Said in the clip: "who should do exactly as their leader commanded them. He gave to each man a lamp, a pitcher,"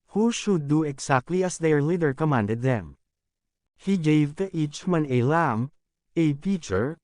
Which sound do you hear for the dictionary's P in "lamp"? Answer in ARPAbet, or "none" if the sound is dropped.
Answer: none